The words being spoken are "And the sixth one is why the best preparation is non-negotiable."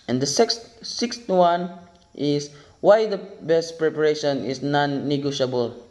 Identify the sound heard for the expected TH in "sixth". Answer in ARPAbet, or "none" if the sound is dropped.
T